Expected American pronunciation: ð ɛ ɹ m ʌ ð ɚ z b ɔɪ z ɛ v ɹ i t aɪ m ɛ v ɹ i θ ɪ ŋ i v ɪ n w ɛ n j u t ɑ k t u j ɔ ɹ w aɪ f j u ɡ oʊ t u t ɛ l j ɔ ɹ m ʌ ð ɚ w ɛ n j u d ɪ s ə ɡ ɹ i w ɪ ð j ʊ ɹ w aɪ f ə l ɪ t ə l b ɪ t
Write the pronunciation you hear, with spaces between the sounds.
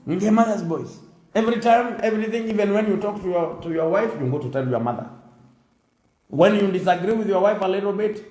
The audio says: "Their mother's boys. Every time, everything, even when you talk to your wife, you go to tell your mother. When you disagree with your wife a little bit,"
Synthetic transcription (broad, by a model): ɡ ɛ m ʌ ð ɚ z b ɔɪ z ɛ v ɹ i t aɪ m ɛ v ɹ i θ ɪ ŋ i v ɪ n w ɛ n j u t ɑ k t u j ɔ ɹ w aɪ f j u ɡ oʊ t u t ɛ l j ɔ ɹ m ʌ ð ɚ w ɛ n j u d ɪ s ə ɡ ɹ i w ɪ ð j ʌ ɹ w aɪ f ə l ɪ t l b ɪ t